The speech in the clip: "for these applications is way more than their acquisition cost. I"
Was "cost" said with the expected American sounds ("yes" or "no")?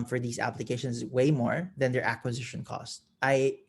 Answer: yes